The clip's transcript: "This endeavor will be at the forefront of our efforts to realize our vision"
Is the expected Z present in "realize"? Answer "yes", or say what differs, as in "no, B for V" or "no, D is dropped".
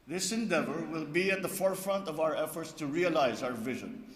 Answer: yes